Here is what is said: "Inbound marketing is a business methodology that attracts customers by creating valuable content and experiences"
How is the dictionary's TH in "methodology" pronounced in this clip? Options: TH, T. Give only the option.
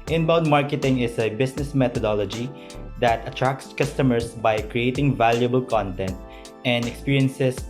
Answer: T